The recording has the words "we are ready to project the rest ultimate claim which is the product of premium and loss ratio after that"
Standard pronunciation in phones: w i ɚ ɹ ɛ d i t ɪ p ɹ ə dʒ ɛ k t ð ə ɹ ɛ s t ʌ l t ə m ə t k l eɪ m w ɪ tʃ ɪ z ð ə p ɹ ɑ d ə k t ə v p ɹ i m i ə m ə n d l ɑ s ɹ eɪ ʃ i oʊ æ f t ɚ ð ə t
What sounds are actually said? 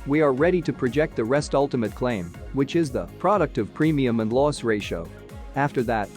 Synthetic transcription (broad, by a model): w i ɚ ɹ ɛ d i t ɪ p ɹ ə dʒ ɛ k t ð ə ɹ ɛ s t ʌ l t ə m ə t k l eɪ m w ɪ tʃ ɪ z ð ə p ɹ ɑ d ə k t ə v p ɹ i m i ə m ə n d l ɑ s ɹ eɪ ʃ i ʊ æ f t ɚ ð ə t